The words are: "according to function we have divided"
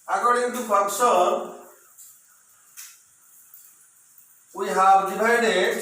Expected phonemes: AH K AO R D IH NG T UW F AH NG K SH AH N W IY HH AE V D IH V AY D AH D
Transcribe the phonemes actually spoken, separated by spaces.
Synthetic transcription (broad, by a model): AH K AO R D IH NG T UW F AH K S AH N W IY HH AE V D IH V AY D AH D